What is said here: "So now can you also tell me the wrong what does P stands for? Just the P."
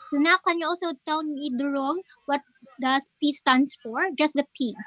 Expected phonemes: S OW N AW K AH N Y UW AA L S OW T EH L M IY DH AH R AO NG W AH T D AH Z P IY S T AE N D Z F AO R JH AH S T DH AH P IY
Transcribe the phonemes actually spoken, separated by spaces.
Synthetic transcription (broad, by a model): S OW N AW K AH N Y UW AA L S OW T EH L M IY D R AO NG W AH T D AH S P IY S T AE N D S F AO R JH AH S T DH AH P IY